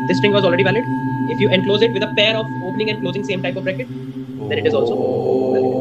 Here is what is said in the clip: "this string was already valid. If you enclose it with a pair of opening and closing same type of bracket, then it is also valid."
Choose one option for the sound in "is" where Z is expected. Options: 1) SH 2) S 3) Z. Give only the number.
3